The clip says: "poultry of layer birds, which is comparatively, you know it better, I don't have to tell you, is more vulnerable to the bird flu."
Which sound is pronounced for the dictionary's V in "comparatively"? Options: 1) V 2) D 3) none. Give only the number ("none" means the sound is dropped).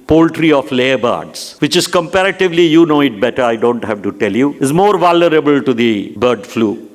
1